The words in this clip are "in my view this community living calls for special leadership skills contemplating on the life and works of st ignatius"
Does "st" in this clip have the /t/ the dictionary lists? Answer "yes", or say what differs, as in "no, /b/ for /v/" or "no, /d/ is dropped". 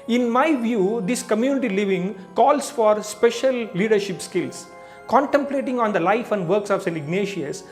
no, /t/ is dropped